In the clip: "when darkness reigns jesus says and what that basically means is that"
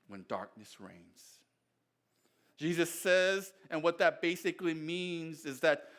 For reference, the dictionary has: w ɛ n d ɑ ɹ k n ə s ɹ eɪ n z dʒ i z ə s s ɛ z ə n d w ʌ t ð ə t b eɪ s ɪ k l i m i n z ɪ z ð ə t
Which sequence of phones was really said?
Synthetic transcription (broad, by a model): w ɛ n d ɑ ɹ k n ə s ɹ eɪ n z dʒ i z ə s s ɛ z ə n w ʌ t ð ə t b eɪ s ɪ k l i m i n z ɪ z ð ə t